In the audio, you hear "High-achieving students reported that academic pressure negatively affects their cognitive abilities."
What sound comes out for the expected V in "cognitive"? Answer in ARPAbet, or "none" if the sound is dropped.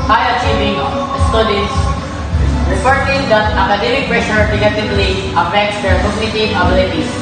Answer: none